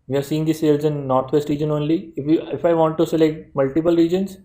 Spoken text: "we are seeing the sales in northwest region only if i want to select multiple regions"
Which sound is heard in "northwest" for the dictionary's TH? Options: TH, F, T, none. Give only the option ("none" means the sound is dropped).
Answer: T